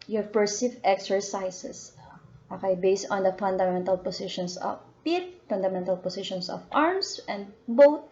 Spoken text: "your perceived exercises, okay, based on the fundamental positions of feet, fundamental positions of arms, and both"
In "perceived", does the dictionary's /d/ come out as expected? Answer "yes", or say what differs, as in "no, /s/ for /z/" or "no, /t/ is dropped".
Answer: no, /d/ is dropped